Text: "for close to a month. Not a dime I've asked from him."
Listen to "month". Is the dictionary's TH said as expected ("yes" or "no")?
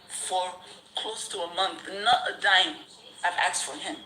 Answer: yes